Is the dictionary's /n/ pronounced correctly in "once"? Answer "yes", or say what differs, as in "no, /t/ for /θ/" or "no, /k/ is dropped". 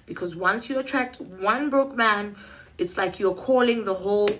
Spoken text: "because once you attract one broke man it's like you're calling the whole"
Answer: yes